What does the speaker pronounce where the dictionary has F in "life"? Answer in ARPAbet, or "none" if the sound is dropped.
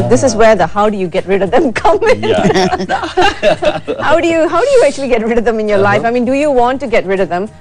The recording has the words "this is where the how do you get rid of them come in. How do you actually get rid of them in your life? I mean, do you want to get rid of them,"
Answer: F